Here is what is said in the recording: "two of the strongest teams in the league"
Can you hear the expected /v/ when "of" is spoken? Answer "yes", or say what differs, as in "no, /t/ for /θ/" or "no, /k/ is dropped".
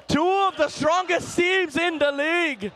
yes